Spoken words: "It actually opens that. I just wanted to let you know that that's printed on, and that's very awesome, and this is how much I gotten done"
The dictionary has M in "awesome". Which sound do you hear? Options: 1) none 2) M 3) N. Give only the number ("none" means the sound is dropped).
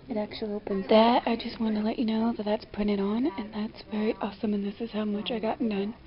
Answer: 2